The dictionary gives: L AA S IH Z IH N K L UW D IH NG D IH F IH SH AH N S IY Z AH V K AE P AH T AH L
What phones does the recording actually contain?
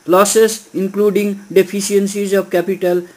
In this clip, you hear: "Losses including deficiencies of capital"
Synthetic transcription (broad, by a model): L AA S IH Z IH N K L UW D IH NG D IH P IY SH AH N S IY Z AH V K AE P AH T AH L